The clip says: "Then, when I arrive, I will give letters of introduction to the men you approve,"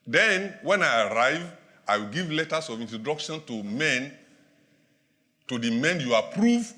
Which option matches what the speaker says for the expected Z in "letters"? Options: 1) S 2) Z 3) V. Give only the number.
1